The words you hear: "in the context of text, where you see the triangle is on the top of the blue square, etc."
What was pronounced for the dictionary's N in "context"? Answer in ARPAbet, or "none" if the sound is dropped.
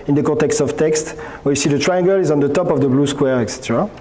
none